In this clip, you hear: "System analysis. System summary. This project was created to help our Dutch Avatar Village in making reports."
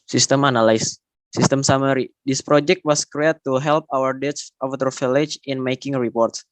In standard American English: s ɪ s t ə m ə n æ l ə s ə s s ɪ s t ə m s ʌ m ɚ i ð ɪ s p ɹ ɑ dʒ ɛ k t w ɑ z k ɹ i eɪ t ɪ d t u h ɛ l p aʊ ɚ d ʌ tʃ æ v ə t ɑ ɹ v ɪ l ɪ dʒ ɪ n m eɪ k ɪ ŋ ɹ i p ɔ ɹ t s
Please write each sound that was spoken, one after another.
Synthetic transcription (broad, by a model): s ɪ s t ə m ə n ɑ l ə ə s s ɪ s t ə m s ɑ m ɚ i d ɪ s p ɹ ɑ dʒ ɛ k t w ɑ s k ɹ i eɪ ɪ t u h ɛ l p aʊ ɚ d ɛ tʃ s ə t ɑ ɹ f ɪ l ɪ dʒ ɪ n m eɪ k ɪ ŋ ɹ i p ɔ ɹ t s